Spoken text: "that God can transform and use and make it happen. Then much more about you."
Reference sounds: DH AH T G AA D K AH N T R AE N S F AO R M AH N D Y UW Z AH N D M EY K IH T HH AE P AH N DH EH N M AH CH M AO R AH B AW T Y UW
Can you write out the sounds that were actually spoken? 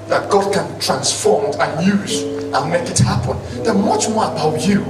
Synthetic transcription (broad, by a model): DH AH T G AA D K AH N T R AE N S F AO R M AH N Y UW Z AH N M EY K IH T HH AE P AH N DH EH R M AH CH M AO R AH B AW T Y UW